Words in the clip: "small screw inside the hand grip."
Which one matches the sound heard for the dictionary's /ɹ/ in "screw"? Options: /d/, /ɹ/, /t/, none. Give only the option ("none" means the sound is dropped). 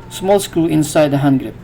none